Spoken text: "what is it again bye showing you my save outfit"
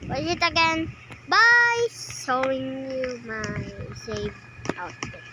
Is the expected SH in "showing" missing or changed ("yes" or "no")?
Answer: yes